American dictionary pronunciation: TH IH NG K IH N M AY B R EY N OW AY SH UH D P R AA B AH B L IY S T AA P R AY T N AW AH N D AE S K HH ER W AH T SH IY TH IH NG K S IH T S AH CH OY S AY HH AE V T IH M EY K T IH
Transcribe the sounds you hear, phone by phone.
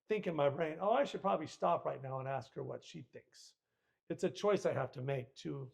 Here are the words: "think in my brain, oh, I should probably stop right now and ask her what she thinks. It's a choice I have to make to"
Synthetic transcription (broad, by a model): TH IH NG K IH N M AY B R EY N OW AY SH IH D P R AA B AH B L IY S T AA P R AY T N AW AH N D AE S K HH ER W AH T SH IY TH IH NG K S IH T S AH CH OY S AY HH AE F T IH M EY K T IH